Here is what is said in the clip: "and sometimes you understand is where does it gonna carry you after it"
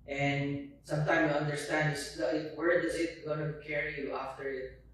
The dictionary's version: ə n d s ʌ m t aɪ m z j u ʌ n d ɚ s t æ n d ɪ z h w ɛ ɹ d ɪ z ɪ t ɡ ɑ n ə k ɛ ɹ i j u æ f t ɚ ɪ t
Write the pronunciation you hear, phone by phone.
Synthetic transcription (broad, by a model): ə n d s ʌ m t aɪ m j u ʌ n d ɚ s t æ n d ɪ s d w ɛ ɹ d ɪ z ɪ t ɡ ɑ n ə k ɛ ɹ i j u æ f t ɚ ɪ t